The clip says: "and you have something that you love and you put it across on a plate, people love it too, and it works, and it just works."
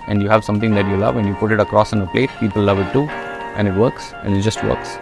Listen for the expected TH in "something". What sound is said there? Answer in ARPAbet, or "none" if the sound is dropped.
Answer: T